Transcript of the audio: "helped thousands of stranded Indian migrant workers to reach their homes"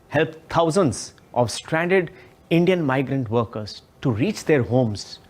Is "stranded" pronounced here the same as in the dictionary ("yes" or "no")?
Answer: yes